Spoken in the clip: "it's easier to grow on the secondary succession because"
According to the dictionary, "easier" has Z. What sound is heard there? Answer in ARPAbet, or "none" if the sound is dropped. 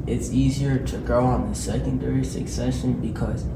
Z